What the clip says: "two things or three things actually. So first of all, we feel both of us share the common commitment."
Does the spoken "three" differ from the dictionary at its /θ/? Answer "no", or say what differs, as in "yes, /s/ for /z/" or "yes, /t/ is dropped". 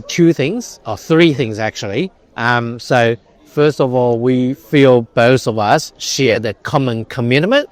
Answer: no